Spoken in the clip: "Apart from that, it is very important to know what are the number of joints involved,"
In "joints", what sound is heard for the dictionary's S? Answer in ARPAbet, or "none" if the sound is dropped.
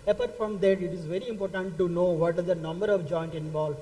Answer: none